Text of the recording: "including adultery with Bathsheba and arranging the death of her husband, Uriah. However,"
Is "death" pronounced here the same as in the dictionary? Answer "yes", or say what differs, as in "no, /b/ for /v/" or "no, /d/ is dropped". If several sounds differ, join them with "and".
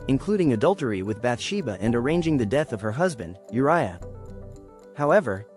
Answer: yes